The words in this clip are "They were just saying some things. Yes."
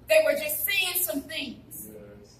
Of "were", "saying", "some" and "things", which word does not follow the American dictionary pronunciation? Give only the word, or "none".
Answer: none